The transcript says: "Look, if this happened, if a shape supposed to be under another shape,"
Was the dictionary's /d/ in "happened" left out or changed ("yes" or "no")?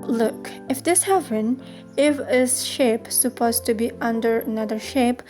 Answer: yes